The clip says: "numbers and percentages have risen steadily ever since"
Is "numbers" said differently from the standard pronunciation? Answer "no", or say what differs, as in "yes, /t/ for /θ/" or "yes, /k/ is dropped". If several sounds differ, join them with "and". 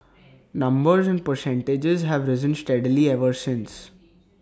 no